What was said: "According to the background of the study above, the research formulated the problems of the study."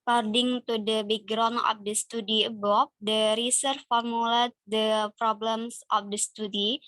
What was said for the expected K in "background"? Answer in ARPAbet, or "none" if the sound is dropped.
none